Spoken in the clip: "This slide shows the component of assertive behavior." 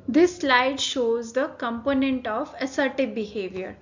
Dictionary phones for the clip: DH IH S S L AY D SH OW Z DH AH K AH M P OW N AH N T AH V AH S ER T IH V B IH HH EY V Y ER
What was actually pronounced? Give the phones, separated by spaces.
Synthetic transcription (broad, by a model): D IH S S L AY D SH OW Z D AH K AH M P OW N AH N T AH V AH S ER T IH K B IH HH EY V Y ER